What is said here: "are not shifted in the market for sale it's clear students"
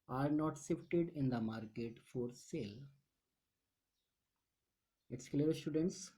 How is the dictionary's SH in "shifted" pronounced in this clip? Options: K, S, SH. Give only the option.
S